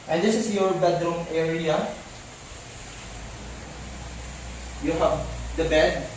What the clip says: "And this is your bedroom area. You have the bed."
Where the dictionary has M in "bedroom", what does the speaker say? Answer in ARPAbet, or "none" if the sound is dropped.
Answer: M